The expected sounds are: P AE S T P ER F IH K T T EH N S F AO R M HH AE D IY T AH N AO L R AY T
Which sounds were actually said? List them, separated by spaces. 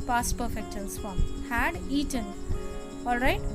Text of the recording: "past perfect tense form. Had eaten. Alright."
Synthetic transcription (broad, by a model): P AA S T P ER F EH K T T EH L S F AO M HH AE D IY T AH N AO L R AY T